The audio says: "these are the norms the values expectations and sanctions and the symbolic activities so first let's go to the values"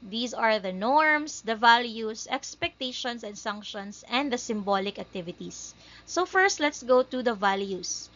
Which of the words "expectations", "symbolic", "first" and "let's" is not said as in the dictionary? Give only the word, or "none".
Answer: expectations